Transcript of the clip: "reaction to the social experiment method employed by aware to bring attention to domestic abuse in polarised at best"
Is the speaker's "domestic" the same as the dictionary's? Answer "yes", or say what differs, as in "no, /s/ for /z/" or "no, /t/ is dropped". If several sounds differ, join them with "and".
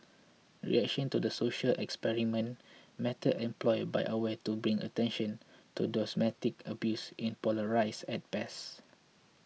no, /s/ is dropped